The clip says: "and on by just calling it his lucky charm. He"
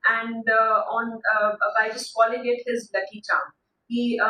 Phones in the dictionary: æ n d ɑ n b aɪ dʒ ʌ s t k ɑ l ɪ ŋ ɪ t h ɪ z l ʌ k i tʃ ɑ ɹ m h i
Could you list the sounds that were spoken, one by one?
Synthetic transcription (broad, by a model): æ n d ɑ n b aɪ dʒ ʌ s t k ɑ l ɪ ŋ ɪ t h ɪ z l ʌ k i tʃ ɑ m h i